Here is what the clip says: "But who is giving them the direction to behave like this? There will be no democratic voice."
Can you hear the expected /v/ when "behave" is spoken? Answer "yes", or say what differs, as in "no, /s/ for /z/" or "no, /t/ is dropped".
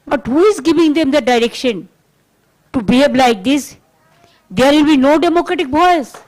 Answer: no, /b/ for /v/